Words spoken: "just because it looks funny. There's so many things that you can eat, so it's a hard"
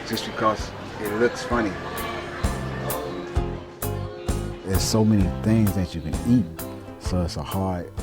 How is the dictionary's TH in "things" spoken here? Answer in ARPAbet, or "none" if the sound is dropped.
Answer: TH